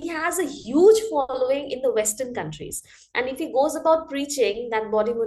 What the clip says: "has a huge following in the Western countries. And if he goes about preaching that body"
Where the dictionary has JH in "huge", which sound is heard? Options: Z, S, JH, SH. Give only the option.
JH